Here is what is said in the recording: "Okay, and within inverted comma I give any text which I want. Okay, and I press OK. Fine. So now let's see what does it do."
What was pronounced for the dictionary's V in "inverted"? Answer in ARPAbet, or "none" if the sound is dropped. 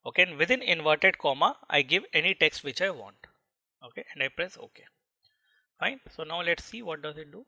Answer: V